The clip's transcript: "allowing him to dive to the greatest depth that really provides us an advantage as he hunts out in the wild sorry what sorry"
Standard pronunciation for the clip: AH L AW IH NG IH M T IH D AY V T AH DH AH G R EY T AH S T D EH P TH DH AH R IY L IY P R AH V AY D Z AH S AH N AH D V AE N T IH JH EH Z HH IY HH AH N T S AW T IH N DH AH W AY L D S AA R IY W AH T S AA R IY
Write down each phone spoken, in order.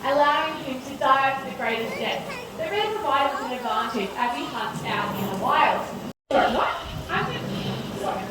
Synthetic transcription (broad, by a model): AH L AW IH NG IH M T IH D AY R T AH DH AH G R EY T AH S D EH TH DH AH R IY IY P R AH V AY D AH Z AH N AH D V AE N T IH JH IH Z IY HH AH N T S AW T IH N DH AH W AY L D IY W AH T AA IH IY